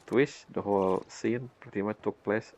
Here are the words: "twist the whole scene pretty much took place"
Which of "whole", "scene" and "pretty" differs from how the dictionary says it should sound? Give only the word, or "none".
pretty